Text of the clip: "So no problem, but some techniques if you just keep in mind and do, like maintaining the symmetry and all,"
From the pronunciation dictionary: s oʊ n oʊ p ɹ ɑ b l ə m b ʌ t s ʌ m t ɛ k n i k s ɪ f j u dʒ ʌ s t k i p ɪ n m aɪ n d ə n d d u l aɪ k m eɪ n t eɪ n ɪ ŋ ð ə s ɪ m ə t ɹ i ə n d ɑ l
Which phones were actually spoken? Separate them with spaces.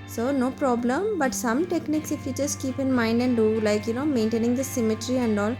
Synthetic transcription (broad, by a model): s oʊ n oʊ p ɹ ɑ b l ə m b ʌ t s ʌ m t ɛ k n i k s ɪ f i tʃ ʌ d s k i p ɪ n m aɪ n d ə n d d u l aɪ k m eɪ n t eɪ n ɪ ŋ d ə s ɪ m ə t ɹ i ə n d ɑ l